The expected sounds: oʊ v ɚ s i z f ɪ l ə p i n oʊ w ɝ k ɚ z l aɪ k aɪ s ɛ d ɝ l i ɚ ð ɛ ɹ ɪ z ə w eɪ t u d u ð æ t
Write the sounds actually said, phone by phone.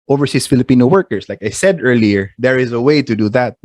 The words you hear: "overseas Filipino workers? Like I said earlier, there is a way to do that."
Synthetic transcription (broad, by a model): oʊ v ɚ s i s f ɪ l ə p i n oʊ w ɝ k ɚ s l aɪ k aɪ s ɛ d ɝ l i ɚ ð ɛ ɹ ɪ z ə w eɪ t u d u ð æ t